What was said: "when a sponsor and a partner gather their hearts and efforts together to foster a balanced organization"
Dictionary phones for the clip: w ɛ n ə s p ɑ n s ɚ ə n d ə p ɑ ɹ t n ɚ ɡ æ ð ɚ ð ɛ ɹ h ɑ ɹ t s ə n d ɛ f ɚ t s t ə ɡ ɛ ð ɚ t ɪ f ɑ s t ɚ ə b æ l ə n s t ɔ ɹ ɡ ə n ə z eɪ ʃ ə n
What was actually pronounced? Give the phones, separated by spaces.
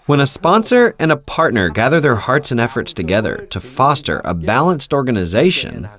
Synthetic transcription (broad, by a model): w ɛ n ə s p ɑ n s ɚ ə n ə p ɑ ɹ t n ɚ ɡ æ ð ɚ ð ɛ ɹ h ɑ ɹ t s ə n ɛ f ɚ t s t ə ɡ ɛ ð ɚ t ɪ f ɑ s t ɚ ə b æ l ə n s t ɔ ɹ ɡ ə n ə z eɪ ʃ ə n